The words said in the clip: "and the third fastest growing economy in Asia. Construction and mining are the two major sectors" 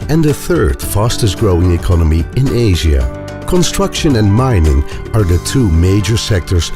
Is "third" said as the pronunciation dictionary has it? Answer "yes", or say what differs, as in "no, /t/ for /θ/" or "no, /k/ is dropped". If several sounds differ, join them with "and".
yes